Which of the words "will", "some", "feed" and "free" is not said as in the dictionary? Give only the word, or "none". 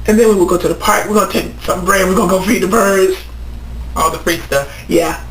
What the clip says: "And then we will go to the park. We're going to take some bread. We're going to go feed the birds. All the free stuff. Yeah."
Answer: free